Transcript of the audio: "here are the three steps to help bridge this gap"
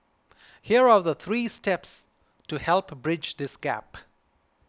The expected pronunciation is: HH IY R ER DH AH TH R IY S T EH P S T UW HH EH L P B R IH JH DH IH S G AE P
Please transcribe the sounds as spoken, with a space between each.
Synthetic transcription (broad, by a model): HH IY R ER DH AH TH R IY S T EH P S T UW HH EH L P B R IH JH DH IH S G AE P